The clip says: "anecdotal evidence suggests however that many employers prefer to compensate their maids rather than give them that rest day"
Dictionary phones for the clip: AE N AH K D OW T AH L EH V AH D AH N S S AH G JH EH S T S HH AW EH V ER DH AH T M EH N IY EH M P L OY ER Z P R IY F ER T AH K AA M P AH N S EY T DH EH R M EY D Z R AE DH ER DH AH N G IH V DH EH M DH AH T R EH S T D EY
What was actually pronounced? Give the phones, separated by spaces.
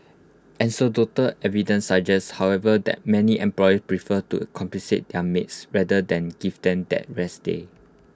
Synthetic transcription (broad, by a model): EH N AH D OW T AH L EH V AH D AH N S S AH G JH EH S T HH AW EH V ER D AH T M EH N IY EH M P L OY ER S P R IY F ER T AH K AA M P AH S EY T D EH M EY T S R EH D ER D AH N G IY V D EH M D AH T R EH S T D EY